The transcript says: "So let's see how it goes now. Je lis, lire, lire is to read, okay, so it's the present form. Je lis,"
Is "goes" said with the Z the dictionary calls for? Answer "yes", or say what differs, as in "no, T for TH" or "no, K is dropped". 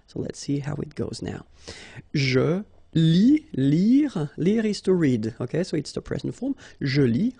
yes